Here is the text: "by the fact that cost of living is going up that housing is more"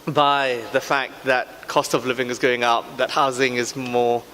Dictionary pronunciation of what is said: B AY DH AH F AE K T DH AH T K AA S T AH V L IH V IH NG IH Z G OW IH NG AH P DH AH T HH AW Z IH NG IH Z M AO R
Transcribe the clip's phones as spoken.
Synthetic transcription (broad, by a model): B AY DH AH F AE K DH AH T K AA S T AH V L IH V IH NG IH Z G OW IH NG AH P DH AH T HH AW Z IH NG IH Z M AO